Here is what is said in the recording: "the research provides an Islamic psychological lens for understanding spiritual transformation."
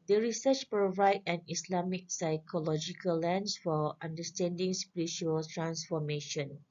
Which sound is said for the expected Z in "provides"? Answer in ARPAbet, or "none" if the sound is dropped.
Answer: none